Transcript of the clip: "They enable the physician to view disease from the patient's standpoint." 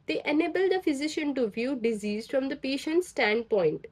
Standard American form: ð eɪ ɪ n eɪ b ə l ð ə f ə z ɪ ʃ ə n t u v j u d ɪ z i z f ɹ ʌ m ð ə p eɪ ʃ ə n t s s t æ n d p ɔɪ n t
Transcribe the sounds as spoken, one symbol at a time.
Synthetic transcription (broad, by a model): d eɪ ɪ n eɪ b ə l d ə f ə z ɪ ʃ ə n t u v j u d ɪ z i z f ɹ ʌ m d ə p eɪ ʃ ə n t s s t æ n d p ɔɪ n t